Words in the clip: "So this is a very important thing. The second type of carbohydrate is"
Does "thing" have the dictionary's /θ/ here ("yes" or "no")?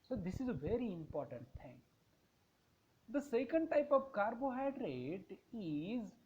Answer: no